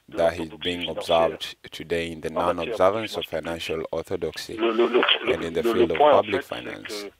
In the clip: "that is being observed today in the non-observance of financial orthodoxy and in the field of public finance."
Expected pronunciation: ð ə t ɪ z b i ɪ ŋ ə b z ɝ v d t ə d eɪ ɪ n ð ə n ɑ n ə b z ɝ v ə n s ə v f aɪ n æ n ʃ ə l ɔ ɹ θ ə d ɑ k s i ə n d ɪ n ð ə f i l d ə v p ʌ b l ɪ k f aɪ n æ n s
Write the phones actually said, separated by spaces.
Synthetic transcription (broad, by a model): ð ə t ɪ z b i ɪ ŋ ə b z ɝ v d t ə d eɪ ɪ n ð ə n ɑ n ə b z ɝ v ə n s ə v f aɪ n æ n ʃ ə l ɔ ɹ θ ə d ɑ k s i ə n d ɪ n ð ə f i l d ə v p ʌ b l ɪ k f aɪ n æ n s